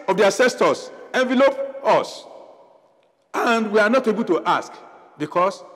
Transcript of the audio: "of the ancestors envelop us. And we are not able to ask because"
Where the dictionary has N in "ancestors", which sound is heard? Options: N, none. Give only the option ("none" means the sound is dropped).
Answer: none